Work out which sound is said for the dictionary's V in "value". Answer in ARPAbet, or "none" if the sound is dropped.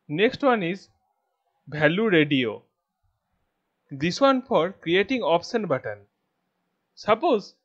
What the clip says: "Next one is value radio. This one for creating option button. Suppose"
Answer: B